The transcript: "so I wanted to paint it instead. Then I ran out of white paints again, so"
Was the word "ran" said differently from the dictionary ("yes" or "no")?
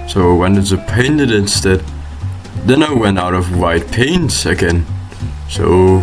yes